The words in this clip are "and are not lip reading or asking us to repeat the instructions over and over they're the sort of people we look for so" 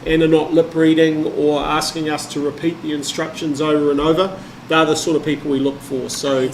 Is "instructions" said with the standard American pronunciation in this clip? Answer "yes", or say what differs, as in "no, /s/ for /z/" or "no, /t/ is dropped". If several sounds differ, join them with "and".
yes